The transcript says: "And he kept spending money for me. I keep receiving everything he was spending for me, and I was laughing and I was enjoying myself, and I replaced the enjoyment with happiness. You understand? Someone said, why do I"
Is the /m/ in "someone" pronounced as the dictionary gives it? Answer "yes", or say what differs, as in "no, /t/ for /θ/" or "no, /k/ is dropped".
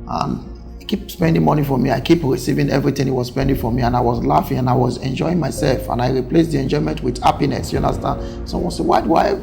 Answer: no, /m/ is dropped